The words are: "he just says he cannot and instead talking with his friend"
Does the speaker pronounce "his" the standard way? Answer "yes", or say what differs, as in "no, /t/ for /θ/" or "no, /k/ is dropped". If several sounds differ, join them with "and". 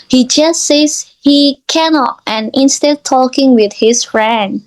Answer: no, /s/ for /z/